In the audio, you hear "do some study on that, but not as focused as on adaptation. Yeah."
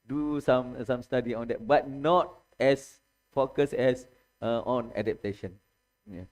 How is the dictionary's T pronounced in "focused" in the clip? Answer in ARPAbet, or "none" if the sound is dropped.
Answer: none